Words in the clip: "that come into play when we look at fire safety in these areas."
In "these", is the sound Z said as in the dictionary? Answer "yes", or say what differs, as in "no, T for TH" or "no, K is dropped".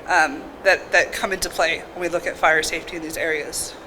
yes